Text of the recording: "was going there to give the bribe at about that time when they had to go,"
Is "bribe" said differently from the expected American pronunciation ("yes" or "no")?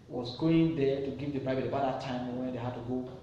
yes